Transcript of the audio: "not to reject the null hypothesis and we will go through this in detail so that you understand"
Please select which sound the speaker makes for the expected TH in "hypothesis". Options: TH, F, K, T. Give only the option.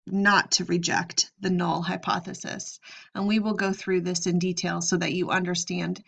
TH